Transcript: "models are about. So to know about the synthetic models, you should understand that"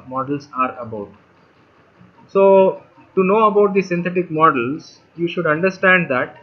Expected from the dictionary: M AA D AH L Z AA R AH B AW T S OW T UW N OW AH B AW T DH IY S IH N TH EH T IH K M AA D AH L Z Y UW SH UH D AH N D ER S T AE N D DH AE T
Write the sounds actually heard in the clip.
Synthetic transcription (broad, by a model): M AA D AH L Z AA R AH B AW T S OW T UW N OW AH B AW T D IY S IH N T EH T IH K M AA D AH L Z Y UW SH UH D AH N D ER S T AE N D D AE T